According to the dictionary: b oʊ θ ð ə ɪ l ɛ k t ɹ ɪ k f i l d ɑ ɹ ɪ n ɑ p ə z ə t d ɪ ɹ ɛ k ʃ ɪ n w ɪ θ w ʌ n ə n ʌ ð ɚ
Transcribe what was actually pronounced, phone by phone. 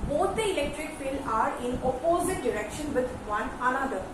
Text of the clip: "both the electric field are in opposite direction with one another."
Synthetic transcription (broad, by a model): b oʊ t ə ɪ l ɛ k t ɹ ɪ k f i l ɑ ɹ ɪ n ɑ p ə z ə t d ɪ ɹ ɛ k ʃ ɪ n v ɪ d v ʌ n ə n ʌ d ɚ